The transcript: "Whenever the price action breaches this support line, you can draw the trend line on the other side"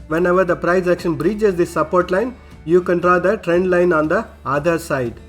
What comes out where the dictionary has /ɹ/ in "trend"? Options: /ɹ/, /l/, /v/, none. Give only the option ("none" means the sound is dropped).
/ɹ/